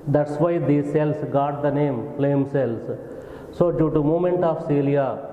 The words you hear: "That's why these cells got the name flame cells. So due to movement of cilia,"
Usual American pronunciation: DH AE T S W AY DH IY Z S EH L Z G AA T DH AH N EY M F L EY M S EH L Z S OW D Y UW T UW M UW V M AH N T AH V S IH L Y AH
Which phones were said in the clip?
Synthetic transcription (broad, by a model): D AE T S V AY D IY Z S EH L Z G AA T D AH N EY M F L EY M S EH L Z S OW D Y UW T UW M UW M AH N T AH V S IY L Y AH